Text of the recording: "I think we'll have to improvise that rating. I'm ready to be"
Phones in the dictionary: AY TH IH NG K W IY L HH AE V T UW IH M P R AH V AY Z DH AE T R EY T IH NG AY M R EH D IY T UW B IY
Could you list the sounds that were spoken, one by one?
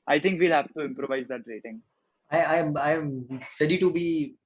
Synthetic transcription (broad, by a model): AY T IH NG K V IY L HH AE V T UW IH M P R AH V AY Z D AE T R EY T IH NG AY M R EH D IY T UW B IY